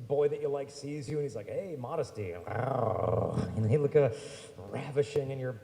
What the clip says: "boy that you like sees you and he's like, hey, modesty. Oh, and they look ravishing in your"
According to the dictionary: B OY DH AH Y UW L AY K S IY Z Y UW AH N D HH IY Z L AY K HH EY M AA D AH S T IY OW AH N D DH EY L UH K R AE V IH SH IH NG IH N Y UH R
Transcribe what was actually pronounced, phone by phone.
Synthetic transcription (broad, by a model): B OY DH AH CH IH L AY K S IY Z Y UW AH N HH IY Z L AY K HH EY M AA D AH S T IY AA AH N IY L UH K R AE V IH SH IH NG IH N Y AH R